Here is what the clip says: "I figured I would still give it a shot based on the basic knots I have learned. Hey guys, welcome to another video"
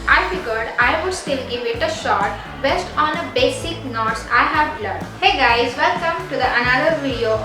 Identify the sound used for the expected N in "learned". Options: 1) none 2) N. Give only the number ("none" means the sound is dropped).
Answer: 1